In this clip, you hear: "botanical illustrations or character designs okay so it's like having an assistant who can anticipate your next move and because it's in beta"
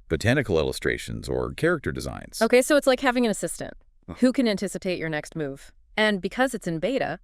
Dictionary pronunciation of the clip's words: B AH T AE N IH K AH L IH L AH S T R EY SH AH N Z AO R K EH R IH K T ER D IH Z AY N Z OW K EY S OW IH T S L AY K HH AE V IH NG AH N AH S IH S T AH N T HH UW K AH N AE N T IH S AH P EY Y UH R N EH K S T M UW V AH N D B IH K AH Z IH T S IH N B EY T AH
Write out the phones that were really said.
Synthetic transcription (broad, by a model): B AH T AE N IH K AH L IH L AH S T R EY SH AH N Z AO R K EH R IH K T ER D IH Z AY N Z OW K EY S OW IH T S L AY K HH AE V IH NG AH N AH S IH S T AH N T HH UW K AH N AE N T IH S AH P EY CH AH R N EH K S T M UW V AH N B IH K AH Z IH T S IH N B EY T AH